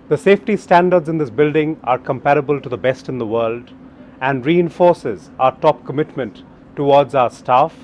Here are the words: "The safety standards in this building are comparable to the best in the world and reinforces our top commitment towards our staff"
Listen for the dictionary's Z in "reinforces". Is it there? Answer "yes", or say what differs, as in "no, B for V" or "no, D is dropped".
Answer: yes